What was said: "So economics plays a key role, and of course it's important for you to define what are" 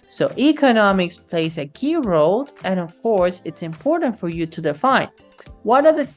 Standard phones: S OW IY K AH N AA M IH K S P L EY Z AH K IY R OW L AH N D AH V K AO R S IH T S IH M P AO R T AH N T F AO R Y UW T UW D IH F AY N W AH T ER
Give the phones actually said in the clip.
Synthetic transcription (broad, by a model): S OW IY K AH N AA M IH K S P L EY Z AH K IY R OW L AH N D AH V K AO R S IH T S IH M P AO R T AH N T F AO R Y UW T UW D IH F AY N W AH T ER